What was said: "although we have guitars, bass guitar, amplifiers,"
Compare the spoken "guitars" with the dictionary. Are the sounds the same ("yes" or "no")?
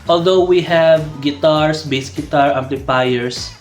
no